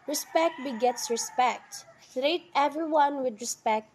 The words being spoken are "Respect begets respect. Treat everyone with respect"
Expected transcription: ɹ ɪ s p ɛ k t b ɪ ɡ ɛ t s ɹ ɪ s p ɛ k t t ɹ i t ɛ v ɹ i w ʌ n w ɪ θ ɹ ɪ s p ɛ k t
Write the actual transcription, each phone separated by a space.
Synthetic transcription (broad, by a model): ɹ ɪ s p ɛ k t b ɪ ɡ ɛ t s ɹ ɪ s p ɛ k t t ɹ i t ɛ v ɹ i w ʌ n w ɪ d ɹ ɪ s p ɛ k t